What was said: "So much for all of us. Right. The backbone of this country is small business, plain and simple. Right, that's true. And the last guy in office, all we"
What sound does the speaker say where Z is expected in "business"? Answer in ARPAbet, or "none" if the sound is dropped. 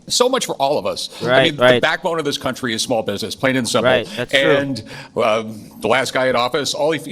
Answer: Z